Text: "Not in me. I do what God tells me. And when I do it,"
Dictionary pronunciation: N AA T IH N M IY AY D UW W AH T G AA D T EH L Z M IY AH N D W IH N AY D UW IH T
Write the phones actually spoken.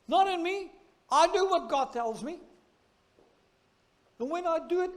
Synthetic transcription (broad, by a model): N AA T IH N M IY AY D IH W AH T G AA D T EH L Z M IY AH N W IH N AY D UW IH T